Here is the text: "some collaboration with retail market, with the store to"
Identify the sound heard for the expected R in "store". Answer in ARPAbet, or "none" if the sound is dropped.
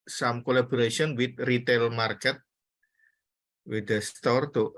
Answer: R